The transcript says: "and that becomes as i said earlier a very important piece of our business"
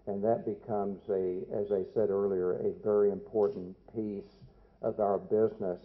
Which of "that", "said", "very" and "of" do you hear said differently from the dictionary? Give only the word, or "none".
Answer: none